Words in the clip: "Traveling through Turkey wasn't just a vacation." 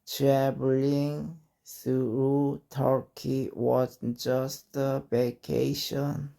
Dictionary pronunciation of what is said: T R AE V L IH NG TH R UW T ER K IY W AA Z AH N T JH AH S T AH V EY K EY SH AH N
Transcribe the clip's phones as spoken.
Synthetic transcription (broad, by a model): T R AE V L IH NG S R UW T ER K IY W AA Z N JH AH S T AH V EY K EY SH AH N